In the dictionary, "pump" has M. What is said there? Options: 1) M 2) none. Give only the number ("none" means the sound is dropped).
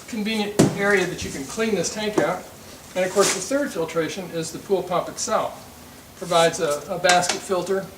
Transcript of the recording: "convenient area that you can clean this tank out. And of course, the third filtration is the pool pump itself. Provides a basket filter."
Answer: 2